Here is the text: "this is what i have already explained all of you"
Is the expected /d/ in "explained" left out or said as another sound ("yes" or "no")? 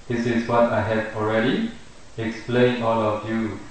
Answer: yes